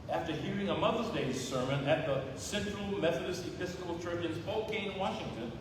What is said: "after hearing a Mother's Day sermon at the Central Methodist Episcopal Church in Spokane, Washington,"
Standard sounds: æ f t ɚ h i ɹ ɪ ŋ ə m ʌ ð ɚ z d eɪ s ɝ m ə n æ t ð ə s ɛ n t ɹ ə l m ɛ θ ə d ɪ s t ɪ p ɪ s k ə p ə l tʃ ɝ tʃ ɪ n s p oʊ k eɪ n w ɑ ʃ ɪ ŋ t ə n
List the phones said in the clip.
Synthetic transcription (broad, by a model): æ f t ɚ h i ɹ ɪ ŋ ə m ʌ ð ɚ z d eɪ s ɝ m ə n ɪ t ð ə s ɛ n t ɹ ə l m ɛ θ ə d ɪ s t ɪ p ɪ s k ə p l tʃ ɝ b ɪ n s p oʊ k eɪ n w ɑ ʃ ɪ ŋ t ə n